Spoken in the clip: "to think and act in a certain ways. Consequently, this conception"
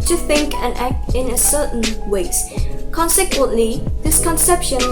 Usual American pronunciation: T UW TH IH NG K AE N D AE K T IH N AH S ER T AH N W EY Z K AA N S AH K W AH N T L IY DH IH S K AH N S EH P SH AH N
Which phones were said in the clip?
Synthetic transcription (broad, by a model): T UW TH IH NG K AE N AE K T IH N AH S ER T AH N W EY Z K AA N S AH K W AH N T L IY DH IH S K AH N S EH P SH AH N